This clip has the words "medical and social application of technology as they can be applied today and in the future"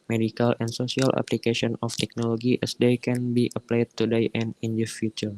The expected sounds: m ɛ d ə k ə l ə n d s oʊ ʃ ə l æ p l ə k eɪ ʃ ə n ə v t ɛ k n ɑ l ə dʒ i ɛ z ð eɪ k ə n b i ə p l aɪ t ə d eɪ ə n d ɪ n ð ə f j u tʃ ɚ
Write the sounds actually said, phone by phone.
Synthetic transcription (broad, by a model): m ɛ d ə k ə l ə n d s oʊ s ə l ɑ p l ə k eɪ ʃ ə n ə f t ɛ k n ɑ l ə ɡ i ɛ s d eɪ k ə n b i ə p l aɪ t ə d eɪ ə n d ɪ n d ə f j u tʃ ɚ